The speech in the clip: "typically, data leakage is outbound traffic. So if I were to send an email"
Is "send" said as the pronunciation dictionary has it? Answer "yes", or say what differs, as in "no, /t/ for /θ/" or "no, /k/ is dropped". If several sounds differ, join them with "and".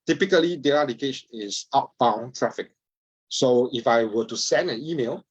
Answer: yes